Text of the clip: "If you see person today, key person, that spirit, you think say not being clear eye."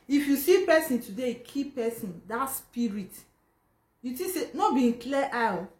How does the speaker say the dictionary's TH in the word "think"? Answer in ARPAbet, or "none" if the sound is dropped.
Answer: T